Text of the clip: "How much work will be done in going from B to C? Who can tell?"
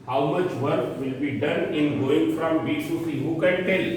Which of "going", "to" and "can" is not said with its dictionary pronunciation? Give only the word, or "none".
to